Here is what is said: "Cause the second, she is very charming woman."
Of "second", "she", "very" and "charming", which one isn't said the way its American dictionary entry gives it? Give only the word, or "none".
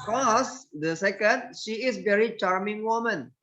none